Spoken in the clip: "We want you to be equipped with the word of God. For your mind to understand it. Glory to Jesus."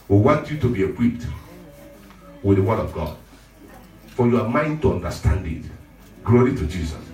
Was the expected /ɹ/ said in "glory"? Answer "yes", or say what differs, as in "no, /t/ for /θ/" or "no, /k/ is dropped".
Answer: yes